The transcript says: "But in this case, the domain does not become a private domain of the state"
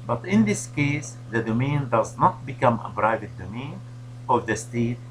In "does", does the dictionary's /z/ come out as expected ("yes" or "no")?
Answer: yes